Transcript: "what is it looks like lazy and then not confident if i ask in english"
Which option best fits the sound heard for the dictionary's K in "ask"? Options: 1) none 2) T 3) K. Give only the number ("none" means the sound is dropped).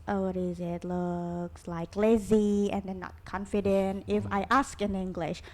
3